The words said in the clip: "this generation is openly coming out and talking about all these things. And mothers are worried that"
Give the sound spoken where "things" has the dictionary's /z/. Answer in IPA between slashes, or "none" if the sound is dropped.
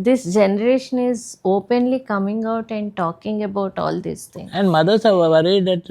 none